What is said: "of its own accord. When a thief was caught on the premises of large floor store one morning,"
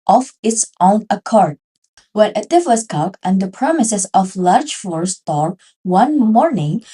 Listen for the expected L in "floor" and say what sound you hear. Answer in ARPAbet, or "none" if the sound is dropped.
none